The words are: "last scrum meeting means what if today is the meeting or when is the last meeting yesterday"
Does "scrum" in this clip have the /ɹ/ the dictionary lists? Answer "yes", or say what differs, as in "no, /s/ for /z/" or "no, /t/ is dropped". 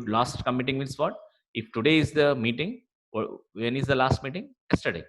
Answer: no, /ɹ/ is dropped